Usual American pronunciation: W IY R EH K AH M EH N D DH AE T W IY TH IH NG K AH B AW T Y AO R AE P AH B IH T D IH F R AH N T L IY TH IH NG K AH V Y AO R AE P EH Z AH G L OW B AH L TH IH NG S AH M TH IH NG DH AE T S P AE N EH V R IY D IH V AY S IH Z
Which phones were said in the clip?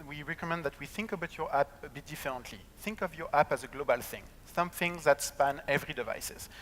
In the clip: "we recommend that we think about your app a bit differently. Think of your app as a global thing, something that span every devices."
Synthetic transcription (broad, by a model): W IY R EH K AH M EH N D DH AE T W IY TH IH NG K AH B AW T Y AO R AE P AH B IH T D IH F R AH N T L IY TH IH NG K AH V Y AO R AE P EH Z AH G L OW B AH L TH IH NG S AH M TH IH NG DH AE T S P AE N EH V R IY D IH V AY S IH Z